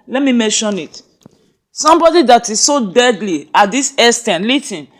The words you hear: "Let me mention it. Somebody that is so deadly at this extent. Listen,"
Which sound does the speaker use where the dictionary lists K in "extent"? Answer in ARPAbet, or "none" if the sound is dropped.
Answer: none